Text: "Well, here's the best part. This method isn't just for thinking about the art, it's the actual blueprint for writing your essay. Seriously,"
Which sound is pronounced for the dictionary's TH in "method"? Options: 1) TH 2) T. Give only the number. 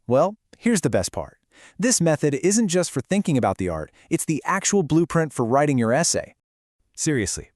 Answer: 1